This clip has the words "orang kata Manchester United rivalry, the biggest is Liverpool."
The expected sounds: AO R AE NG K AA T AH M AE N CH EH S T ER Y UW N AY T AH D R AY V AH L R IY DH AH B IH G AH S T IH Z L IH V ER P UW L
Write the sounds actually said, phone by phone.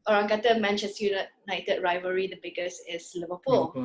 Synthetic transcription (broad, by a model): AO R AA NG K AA T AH M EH N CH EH S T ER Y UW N AY T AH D R AY V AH R IY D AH B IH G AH S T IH S L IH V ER P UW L